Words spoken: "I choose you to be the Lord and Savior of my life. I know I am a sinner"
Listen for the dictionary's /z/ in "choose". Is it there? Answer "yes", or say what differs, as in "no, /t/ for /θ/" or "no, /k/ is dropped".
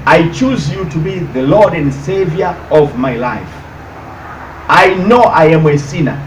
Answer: yes